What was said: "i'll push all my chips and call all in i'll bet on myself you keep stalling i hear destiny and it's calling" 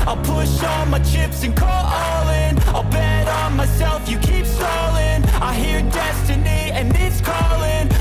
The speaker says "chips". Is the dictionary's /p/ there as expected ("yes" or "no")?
yes